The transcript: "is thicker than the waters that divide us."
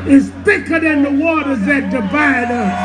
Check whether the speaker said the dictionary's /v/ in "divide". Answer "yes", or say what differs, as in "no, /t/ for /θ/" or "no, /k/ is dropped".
no, /b/ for /v/